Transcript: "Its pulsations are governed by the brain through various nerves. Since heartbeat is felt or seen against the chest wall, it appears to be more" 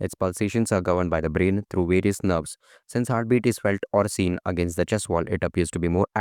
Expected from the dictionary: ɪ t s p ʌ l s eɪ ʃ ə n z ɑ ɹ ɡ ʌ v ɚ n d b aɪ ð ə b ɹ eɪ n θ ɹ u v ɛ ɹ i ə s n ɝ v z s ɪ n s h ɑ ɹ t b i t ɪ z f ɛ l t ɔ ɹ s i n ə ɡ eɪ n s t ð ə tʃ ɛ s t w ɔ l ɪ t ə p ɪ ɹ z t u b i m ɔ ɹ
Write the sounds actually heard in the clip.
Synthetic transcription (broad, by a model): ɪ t s p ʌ l s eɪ ʃ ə n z ɑ ɹ ɡ ʌ v ɚ n d b aɪ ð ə b ɹ eɪ n t ɹ u v ɛ ɹ i ə s n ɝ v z s ɪ n s h ɑ ɹ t b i t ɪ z f ɛ l t ɔ ɹ s i n ə ɡ eɪ n s t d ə tʃ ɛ s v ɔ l ɪ t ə p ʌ ɹ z t u b i m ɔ ɹ